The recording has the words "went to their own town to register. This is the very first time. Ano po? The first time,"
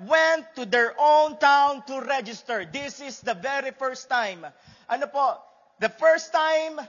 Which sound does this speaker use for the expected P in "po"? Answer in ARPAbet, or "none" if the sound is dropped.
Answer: P